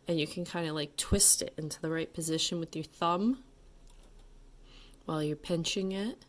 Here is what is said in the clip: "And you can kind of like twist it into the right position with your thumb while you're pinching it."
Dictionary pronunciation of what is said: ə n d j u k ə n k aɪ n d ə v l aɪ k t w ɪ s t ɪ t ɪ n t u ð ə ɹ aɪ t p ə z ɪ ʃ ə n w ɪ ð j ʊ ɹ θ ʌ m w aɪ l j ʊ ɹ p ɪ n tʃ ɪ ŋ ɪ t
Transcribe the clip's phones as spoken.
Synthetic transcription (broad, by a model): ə n j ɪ k ə n k aɪ n d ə l aɪ k t w ɪ s t ɪ t ɪ n t u ð ə ɹ aɪ t p ə z ɪ ʃ ə n w ɪ ð j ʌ ɹ θ ʌ m w aɪ l j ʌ ɹ p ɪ n tʃ ɪ ŋ ɪ t